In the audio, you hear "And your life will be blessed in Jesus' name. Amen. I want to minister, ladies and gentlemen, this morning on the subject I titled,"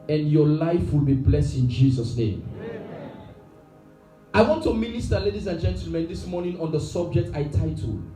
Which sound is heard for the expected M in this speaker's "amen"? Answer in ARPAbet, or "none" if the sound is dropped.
none